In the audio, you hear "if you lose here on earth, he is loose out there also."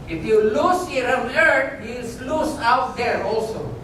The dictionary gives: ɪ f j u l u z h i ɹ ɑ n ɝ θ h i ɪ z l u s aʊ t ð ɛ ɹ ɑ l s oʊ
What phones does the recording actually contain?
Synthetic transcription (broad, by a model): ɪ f j u l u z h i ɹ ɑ l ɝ t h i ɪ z l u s aʊ t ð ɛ ɹ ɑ l s oʊ